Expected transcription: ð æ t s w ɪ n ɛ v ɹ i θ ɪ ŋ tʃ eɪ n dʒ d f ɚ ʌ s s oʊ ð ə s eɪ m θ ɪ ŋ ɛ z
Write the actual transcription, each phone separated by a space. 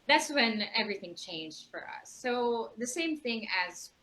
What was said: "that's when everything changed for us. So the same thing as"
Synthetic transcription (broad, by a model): ð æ t s w ɪ n ɛ v ɹ i θ ɪ ŋ tʃ eɪ n dʒ d f ɚ ʌ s s oʊ ð ə s eɪ m θ ɪ ŋ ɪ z